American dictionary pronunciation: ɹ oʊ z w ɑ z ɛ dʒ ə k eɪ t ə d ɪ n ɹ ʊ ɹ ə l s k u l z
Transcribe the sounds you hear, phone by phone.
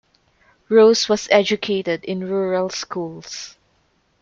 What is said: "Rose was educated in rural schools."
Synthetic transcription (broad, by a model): ɹ oʊ s w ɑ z ɛ dʒ ə k eɪ t ə d ɪ n ɹ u ɹ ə l s k u l s